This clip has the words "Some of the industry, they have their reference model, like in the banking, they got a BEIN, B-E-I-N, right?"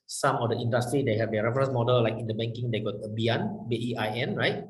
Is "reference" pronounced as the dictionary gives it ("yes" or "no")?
no